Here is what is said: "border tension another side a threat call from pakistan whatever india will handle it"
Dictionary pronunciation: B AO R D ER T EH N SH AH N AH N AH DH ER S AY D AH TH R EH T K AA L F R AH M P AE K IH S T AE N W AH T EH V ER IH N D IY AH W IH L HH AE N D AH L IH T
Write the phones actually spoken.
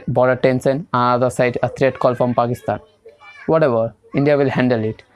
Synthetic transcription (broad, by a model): B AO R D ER T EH N S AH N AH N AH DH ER S AY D AH T R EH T K AA L F R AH M P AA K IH S T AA N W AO T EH V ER IH N D IY AH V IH L HH AE N D AH L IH T